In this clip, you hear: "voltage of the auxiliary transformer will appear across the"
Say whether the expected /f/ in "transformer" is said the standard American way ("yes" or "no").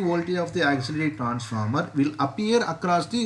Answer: yes